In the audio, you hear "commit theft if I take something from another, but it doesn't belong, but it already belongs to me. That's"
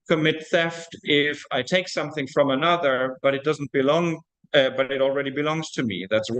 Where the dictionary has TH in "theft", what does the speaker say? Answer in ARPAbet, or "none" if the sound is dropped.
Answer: TH